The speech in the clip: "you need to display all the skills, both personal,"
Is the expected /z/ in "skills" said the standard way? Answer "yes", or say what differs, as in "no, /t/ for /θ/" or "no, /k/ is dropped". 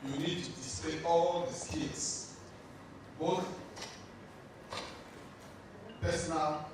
no, /s/ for /z/